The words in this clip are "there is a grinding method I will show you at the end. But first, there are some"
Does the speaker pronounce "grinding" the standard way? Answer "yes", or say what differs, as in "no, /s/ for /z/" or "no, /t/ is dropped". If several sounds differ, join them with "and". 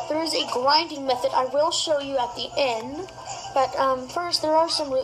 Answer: no, /l/ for /ɹ/